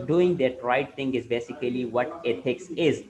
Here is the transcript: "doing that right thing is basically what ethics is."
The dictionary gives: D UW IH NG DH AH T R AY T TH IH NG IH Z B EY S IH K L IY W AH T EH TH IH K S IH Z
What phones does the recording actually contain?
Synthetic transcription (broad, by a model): D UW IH NG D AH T R AY T T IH NG IH Z B EY S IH K L IY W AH T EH T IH K S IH Z